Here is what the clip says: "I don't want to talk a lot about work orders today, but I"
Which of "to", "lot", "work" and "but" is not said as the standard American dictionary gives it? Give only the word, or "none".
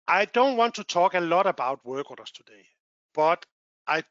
none